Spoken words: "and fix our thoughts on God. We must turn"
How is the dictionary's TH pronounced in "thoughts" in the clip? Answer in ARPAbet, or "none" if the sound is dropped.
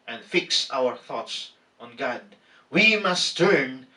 TH